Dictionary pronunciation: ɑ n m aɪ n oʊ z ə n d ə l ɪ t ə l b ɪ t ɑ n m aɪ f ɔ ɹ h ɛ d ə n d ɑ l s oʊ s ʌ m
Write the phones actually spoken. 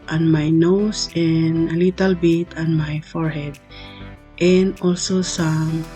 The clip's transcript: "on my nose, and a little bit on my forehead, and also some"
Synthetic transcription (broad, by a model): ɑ n m aɪ n oʊ s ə n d ə l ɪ t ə l b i t ɑ n m aɪ f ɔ ɹ h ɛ d ə n d ɑ l s oʊ s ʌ m